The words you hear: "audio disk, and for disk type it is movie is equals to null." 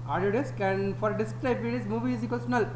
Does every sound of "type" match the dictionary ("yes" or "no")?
no